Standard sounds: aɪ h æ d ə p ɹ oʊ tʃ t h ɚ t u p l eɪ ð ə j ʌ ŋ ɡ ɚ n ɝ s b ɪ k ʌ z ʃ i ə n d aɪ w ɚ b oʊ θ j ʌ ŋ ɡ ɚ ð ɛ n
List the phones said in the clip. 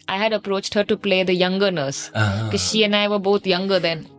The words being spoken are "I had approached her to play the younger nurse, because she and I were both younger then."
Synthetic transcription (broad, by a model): aɪ h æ d ə p ɹ oʊ tʃ t h ɚ t u p l eɪ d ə j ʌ ŋ ɡ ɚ n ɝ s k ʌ ʃ i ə n aɪ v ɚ b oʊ t j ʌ ŋ ɡ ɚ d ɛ n